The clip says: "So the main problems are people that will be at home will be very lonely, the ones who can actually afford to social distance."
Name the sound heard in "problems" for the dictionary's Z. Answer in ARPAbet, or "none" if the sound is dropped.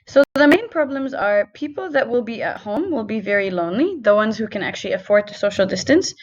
Z